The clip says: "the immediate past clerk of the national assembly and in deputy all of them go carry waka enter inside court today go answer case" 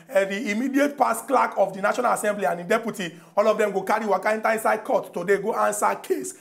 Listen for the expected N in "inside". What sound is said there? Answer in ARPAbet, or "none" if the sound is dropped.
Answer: N